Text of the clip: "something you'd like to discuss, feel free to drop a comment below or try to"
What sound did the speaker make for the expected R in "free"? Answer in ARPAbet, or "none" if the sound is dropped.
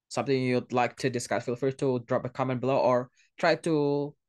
none